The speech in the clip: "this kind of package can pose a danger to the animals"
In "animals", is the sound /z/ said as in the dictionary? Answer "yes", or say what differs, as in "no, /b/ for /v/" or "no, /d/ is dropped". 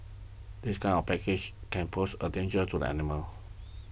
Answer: no, /z/ is dropped